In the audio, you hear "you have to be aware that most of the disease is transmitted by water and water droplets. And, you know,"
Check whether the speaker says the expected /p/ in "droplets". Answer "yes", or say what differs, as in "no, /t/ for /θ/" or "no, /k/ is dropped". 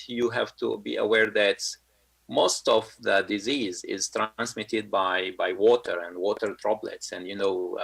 no, /b/ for /p/